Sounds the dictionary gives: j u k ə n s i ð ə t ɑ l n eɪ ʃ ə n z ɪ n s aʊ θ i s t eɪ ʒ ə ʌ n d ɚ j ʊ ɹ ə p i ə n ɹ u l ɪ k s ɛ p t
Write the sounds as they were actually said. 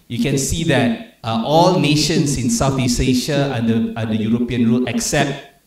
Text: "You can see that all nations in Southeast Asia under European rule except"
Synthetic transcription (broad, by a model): j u k ə n s i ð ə t ɑ l n eɪ ʃ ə n s ɪ n s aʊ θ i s eɪ ʃ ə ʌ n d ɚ j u ɹ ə p i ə n ɹ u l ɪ k s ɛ p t